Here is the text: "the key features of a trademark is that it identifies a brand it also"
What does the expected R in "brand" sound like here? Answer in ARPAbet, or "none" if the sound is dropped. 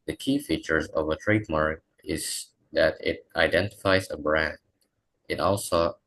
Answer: R